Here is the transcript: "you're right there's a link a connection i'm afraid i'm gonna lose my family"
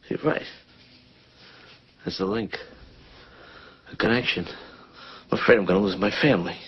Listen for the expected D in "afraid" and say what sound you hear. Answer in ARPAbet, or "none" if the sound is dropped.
none